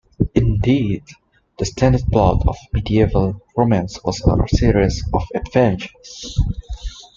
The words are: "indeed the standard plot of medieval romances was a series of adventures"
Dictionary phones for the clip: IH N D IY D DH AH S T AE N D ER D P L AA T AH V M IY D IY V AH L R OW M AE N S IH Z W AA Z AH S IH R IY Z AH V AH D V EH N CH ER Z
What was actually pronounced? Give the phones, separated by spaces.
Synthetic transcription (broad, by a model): IH N D IY D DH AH S T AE N D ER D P L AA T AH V M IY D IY V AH L R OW M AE N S W AA Z AH S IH R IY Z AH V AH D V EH N SH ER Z